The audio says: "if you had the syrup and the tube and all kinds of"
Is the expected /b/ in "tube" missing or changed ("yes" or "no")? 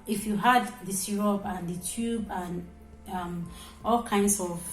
no